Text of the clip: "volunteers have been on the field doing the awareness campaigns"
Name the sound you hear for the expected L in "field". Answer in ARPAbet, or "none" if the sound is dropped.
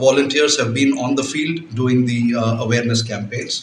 L